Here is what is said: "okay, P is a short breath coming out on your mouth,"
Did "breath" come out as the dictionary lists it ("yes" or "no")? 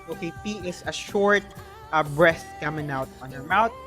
no